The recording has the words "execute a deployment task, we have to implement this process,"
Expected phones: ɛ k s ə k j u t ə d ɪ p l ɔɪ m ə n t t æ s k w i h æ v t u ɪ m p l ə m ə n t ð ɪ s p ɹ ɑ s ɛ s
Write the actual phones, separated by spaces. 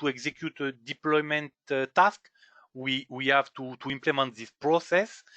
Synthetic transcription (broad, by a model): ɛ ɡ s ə k j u t ə d ɪ p l ɔɪ m ə n t t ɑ s k w i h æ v t u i m p l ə m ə n t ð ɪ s p ɹ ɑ s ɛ s